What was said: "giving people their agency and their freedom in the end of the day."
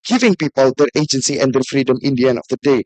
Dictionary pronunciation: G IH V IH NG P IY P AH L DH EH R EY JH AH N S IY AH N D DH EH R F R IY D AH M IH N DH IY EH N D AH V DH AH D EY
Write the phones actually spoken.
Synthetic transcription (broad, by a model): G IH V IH NG P IY P AH L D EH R EY JH AH N S IY AH N D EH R F R IY D AH M IH N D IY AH N AH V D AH D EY